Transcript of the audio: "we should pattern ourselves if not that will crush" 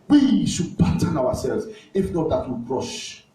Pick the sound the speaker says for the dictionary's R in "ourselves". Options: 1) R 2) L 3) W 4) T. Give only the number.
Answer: 3